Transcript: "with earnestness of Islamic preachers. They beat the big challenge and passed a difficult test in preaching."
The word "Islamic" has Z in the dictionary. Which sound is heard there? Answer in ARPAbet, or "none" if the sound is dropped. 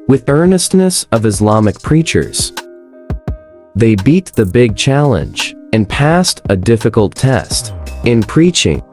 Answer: Z